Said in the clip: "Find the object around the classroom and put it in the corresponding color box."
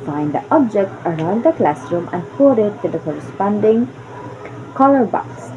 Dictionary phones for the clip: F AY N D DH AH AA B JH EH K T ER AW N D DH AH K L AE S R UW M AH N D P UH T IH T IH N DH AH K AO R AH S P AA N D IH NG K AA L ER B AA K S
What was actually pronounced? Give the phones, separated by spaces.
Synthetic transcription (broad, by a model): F AY N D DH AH AA B JH EH K T ER AW N D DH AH K L AE S R UW M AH N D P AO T IH T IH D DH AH K AO R AH S P AA N D IH NG K AA L ER B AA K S